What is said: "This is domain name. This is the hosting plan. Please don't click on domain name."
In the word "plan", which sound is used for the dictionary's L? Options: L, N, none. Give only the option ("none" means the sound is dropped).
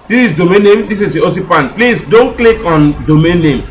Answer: none